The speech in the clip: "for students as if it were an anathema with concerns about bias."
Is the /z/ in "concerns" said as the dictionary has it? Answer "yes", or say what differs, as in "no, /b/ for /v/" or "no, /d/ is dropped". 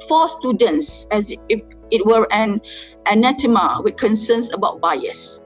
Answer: no, /s/ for /z/